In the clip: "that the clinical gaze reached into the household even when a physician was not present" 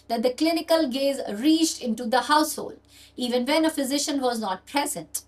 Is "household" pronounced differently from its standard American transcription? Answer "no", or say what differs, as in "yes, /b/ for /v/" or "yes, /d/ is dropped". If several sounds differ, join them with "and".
no